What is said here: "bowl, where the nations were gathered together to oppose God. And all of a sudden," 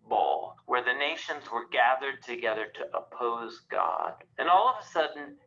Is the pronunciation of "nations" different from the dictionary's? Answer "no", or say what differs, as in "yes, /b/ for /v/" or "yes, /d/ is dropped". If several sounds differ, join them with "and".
no